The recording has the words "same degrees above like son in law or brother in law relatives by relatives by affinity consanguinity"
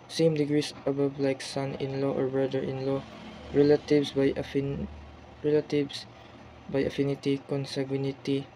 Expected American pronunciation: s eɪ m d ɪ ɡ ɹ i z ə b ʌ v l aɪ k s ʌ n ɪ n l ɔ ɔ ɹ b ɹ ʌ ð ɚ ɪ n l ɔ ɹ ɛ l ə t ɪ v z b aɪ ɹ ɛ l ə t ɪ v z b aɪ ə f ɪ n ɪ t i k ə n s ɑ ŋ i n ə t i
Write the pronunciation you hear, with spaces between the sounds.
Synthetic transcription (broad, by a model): s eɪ m d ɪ ɡ ɹ i s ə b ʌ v l aɪ k s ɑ n ɪ n l ɔ ɔ ɹ b ɹ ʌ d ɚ ɪ n l ɔ ɹ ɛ l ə t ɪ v s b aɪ ɹ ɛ l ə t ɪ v s b aɪ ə f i n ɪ t i k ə n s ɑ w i n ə t i